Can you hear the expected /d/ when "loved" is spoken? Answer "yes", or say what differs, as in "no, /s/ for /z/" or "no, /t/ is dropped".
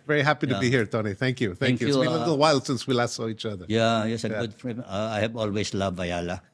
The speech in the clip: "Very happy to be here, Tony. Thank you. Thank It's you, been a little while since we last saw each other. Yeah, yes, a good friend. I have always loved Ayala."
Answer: no, /d/ is dropped